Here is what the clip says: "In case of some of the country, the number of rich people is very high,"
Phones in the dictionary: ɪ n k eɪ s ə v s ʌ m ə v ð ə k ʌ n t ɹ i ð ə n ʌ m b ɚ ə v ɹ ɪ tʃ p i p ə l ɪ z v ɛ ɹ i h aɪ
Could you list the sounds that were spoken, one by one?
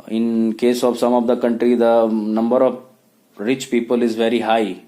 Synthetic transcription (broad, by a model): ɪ n k eɪ s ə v s ʌ m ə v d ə k ʌ n t ɹ i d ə n ʌ m b ɚ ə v ɹ ɪ tʃ p i p ə l ɪ z v ɛ ɹ i h aɪ